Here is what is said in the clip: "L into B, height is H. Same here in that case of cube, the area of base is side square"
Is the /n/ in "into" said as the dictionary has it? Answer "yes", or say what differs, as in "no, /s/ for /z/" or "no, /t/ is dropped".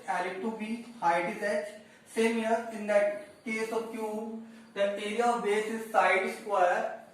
no, /n/ is dropped